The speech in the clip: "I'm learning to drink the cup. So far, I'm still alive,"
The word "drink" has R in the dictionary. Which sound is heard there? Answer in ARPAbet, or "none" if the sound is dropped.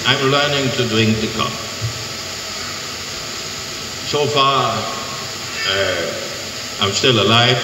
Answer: none